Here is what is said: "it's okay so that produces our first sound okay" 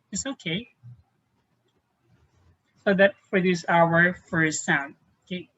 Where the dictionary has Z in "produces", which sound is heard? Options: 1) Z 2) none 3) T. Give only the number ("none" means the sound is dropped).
2